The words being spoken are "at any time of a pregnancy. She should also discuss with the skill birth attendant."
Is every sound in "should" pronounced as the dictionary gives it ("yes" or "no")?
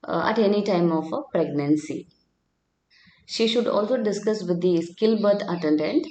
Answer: yes